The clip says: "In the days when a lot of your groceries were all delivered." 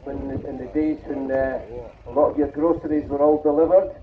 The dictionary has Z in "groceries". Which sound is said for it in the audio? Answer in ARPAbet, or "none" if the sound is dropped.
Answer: Z